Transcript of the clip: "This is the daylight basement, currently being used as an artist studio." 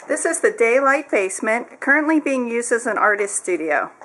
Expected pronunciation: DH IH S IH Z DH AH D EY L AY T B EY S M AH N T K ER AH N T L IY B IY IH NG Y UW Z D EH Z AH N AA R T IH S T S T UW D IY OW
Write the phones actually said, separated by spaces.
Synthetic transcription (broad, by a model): DH IH S IH Z DH AH D EY L AY T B EY S M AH N K ER AH N T L IY B IY IH NG Y UW Z D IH Z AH N AA R T IH S T S T UW D IY OW